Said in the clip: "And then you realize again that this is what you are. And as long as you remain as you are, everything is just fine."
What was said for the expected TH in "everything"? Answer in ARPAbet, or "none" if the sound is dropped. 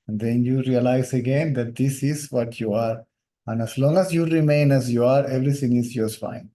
T